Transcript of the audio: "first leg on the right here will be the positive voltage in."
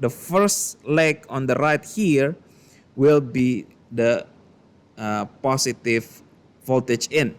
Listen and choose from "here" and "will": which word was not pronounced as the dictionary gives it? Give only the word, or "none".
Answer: none